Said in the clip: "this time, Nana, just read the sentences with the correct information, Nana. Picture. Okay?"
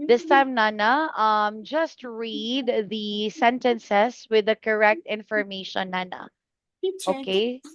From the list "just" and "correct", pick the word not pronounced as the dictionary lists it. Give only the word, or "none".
none